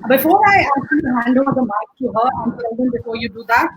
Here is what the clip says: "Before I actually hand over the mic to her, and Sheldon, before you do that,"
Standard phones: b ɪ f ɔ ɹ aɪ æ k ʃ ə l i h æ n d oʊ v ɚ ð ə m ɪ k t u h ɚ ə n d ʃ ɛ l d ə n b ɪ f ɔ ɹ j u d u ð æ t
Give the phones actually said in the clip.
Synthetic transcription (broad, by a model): b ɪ f ɔ ɹ aɪ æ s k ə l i h æ n d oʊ ɚ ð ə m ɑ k t u h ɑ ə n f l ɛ d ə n b ɪ f ɔ ɹ j u d u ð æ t